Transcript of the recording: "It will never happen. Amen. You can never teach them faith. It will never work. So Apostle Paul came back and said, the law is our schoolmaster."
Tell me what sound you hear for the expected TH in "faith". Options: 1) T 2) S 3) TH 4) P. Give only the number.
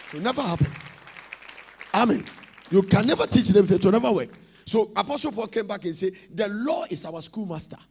1